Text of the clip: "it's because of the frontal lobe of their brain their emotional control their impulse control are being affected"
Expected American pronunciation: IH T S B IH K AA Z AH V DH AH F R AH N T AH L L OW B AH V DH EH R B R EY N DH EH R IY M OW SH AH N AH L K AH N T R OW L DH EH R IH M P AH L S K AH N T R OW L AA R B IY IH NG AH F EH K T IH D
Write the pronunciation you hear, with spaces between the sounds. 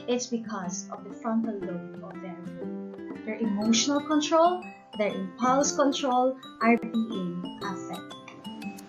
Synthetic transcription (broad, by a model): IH T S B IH K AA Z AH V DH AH F R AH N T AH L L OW AH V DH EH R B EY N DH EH R IY M OW SH AH N AH L K AH N T R OW L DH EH R IH M P AH L S K AH N T R OW L AA R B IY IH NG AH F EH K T